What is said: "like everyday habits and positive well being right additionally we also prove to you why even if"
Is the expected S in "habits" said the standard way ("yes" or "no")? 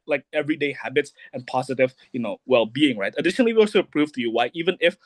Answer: yes